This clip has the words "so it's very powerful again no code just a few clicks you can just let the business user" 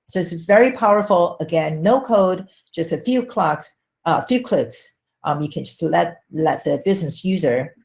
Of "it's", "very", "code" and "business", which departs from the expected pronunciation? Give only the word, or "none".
none